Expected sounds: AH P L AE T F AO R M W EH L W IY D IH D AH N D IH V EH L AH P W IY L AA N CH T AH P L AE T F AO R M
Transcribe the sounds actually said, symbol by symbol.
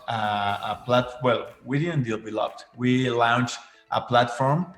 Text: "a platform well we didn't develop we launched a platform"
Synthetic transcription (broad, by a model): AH P L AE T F W EH L W IY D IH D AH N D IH B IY L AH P W IY L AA N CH T AH P L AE T F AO R M